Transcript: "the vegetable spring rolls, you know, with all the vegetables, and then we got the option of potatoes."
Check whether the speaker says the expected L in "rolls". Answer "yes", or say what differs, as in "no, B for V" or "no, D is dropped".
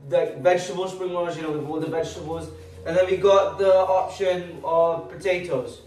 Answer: no, L is dropped